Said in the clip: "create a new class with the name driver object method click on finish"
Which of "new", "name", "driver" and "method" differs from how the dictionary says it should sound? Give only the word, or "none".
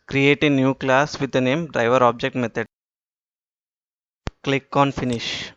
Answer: method